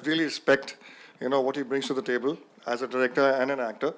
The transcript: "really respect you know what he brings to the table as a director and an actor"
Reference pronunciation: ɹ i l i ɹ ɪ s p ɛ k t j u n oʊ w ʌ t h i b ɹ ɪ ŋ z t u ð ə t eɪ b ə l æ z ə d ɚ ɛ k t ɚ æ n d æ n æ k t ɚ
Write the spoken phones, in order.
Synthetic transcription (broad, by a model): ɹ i l i ɹ ɪ s p ɛ k t j u n oʊ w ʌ t h i b ɹ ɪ ŋ s t u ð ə t eɪ b ə l æ z ə d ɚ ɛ k t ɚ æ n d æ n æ k t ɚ